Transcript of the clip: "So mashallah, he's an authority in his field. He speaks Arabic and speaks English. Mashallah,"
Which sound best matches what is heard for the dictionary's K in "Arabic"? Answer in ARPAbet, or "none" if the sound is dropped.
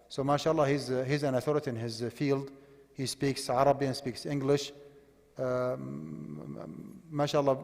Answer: none